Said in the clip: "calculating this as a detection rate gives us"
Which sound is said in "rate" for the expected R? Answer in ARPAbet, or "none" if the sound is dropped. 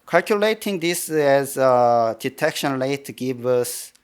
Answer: L